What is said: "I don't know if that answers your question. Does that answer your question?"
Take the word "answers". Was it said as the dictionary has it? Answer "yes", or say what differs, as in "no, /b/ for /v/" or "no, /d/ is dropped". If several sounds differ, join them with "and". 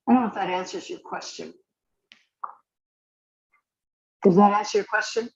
yes